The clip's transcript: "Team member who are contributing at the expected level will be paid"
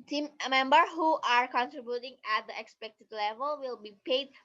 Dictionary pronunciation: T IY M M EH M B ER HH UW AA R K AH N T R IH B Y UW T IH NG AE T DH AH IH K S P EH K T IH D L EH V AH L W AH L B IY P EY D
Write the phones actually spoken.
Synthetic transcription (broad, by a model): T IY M M EH M B ER HH UW AA R K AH N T R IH B Y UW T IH NG AE T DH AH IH K S P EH K T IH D L EH V AH L W AH L B IY P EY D